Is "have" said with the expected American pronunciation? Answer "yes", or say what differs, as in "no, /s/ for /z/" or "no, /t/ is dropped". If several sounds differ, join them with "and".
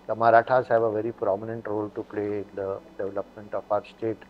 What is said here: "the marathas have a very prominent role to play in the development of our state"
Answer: no, /b/ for /v/